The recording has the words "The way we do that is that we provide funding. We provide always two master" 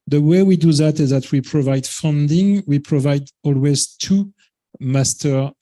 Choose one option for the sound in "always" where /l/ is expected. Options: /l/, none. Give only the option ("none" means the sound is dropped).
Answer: /l/